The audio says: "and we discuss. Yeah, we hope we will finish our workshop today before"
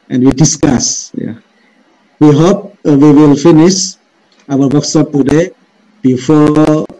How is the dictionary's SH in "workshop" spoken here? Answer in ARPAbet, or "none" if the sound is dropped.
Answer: S